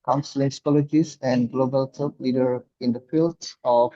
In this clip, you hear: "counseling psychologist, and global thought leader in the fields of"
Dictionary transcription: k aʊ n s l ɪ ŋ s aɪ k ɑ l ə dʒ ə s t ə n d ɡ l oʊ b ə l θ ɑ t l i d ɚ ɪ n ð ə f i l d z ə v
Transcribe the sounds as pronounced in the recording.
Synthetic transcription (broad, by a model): k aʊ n s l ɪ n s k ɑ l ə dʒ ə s ə n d ɡ l oʊ b ə l t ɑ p l i d ɚ ɪ n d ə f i l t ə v